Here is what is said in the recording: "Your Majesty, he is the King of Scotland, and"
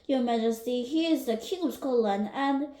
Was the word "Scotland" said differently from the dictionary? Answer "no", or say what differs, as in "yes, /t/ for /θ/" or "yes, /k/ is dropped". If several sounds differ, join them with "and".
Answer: yes, /d/ is dropped